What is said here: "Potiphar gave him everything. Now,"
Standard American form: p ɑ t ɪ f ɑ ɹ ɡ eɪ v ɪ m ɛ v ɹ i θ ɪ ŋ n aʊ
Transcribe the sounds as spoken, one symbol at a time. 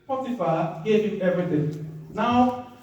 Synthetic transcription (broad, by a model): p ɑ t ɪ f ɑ ɡ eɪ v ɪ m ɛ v ɹ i t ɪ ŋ n aʊ